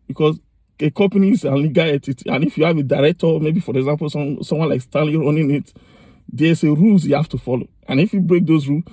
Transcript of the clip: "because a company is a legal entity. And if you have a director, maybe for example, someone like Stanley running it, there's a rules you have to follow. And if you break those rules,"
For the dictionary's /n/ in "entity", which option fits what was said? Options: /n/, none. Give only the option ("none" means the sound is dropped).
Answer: none